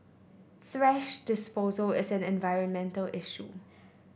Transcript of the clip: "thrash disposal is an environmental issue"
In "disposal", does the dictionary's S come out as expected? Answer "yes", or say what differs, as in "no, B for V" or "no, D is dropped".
yes